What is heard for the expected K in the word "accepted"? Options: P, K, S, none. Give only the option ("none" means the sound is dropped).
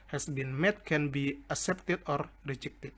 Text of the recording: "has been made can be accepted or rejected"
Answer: none